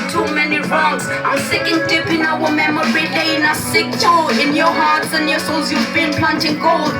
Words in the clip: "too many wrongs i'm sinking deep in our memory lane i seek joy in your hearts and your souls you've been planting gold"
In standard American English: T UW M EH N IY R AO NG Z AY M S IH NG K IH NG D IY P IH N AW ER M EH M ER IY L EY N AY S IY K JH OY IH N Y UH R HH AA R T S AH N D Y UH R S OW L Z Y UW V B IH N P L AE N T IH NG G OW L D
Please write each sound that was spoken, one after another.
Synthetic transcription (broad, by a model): T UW M EH N IY R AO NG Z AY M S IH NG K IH NG D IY P IH N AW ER M EH M ER IY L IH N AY S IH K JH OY IH N Y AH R HH AA R T S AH N Y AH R S OW L Z Y UW V B IH N P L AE N T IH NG G OW L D